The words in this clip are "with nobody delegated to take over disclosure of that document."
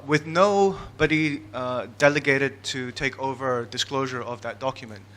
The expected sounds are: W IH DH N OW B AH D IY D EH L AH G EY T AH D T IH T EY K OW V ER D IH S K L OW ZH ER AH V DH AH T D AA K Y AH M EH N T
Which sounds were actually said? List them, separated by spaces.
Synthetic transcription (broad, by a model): W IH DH N OW B AH D IY D EH L AH G EY T AH D T IH T EY K OW V ER D IH S K L OW ZH ER AH V DH AH T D AA K Y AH M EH N T